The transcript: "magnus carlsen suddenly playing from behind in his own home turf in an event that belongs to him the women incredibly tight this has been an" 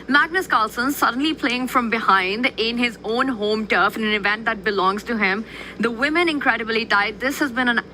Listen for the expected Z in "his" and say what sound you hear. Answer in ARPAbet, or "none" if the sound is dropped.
Z